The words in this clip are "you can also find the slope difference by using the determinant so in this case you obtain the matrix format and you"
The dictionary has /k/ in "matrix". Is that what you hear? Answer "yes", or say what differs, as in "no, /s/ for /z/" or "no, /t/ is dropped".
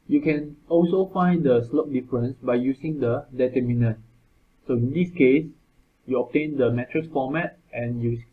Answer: no, /k/ is dropped